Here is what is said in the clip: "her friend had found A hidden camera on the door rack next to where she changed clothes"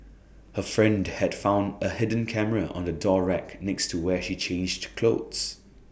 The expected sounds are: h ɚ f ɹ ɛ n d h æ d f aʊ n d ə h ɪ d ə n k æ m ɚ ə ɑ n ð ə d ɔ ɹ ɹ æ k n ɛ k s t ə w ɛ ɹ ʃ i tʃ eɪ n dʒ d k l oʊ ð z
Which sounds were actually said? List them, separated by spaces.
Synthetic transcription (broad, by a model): h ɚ f ɹ ɛ n d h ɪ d f aʊ n d ə h ɪ d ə n k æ m ɚ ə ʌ n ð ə d ɔ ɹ ɹ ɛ k n ɛ k s t ə w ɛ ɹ ʃ i tʃ eɪ n dʒ d k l oʊ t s